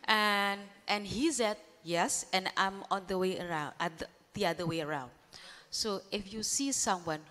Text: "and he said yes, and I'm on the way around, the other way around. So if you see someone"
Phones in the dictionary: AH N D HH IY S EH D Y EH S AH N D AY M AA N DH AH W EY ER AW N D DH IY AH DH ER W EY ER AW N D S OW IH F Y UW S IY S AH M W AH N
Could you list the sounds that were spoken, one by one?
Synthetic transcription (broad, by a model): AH N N HH IY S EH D Y EH S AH N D AY M AA N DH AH W EY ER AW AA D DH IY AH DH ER W EY ER AW N D S OW IH F Y UW S IY S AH M W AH N